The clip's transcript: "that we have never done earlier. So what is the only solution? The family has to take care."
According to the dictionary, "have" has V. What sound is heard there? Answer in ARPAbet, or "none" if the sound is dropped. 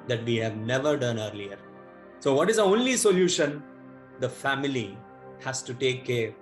V